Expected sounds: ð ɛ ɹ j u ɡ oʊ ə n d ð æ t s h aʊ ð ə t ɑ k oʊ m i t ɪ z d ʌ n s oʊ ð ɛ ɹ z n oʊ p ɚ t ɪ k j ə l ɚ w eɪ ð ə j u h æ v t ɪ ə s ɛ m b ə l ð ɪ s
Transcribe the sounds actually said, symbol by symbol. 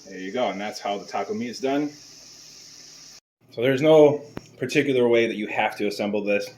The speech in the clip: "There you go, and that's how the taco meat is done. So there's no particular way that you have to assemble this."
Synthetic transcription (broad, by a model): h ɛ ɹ j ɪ ɡ oʊ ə n ð æ t s h aʊ ð ə t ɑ k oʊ m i ɪ z d ʌ n s oʊ ð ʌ ɹ z n oʊ p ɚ t ɪ k j l ɚ w eɪ ð ə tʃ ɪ h æ f t ɪ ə s ɛ m b l ð ɪ s